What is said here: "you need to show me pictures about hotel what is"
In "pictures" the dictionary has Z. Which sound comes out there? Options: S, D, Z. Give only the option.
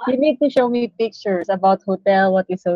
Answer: S